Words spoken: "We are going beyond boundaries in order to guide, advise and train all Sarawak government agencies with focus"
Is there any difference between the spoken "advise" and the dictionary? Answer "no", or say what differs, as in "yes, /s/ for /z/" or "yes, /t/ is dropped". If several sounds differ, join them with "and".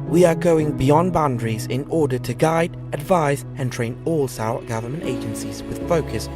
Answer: no